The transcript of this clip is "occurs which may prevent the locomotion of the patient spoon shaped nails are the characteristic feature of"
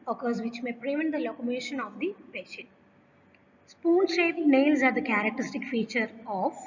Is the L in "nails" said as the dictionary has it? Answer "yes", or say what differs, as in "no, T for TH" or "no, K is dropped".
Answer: yes